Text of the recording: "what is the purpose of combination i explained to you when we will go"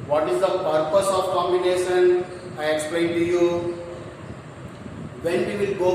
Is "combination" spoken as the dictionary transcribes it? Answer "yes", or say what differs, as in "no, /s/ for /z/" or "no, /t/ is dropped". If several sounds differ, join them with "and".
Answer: yes